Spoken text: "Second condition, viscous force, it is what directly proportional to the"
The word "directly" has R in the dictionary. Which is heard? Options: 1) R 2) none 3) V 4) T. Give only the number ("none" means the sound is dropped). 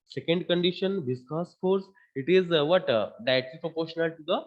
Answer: 2